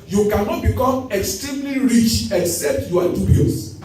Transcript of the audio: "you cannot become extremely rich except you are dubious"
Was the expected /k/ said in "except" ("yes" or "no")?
yes